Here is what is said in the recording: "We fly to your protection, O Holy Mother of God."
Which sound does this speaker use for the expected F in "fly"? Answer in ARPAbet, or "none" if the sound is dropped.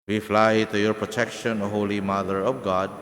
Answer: F